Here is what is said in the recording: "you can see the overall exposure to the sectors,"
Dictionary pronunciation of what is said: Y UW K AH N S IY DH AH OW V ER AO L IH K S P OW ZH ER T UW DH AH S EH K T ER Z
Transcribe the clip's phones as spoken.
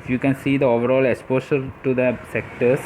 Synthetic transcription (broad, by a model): Y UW K AH N S IY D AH OW V ER AO L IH K S P OW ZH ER T UW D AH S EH K T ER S